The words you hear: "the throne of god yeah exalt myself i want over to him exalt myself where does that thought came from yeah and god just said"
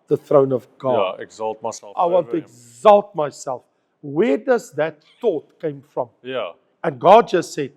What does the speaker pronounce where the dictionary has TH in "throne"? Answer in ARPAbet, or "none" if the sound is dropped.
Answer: TH